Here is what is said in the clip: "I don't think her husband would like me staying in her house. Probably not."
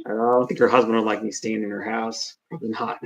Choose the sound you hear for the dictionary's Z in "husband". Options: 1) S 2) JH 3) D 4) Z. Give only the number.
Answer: 4